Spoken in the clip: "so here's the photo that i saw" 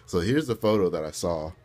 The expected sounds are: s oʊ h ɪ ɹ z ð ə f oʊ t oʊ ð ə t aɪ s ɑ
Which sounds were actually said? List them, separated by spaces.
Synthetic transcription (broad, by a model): s oʊ h ɪ ɹ z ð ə f oʊ t oʊ ð ə t aɪ s ɑ